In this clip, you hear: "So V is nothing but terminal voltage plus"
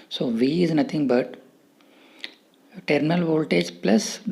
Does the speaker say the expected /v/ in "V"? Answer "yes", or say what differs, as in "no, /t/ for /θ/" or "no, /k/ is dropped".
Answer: yes